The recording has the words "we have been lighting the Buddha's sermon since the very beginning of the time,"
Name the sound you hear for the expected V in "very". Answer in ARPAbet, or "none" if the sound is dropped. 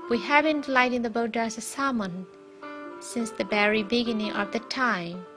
B